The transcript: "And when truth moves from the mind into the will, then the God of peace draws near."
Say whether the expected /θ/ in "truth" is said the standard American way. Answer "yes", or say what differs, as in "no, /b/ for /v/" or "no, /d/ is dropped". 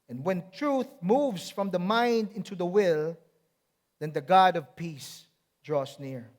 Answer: yes